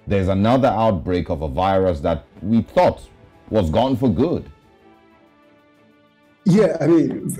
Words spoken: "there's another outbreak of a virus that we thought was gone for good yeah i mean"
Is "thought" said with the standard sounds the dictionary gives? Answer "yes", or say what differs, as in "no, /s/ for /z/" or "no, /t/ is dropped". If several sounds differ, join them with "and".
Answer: yes